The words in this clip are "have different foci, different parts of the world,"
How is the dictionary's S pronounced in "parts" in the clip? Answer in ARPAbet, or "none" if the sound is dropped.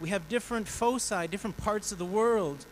S